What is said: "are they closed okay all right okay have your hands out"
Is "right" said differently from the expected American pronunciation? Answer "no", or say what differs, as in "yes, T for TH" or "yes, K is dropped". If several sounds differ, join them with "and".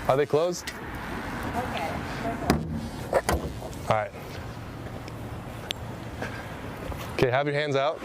no